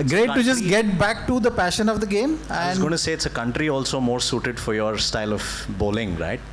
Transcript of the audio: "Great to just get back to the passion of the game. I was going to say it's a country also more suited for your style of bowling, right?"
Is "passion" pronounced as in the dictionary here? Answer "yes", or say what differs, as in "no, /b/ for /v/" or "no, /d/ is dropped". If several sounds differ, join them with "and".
yes